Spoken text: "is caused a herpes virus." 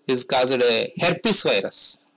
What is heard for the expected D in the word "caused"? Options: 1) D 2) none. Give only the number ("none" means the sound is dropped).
1